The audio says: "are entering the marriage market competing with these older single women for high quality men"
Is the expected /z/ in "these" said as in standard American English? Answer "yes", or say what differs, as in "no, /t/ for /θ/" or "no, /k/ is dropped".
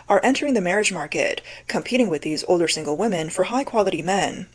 yes